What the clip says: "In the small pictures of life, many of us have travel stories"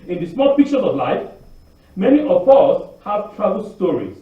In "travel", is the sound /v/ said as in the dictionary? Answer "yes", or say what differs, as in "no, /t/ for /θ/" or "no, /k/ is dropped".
no, /b/ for /v/